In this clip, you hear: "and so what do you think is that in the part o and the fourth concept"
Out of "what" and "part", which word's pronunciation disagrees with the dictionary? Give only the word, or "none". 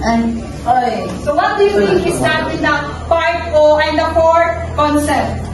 part